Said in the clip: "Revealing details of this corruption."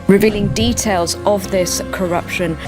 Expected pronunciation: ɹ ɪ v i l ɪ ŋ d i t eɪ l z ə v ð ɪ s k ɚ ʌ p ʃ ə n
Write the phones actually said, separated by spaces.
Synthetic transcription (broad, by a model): ɹ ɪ v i l ɪ ŋ d i t eɪ l z ə v ð ɪ s k ɚ ʌ p ʃ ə n